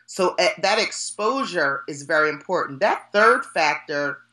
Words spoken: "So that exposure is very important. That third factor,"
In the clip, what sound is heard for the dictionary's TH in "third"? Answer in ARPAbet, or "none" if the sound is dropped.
TH